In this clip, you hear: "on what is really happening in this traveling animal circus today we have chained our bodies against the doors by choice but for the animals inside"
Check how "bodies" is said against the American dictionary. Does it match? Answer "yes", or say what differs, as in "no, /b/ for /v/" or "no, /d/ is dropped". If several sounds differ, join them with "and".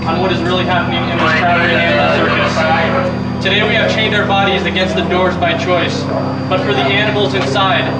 yes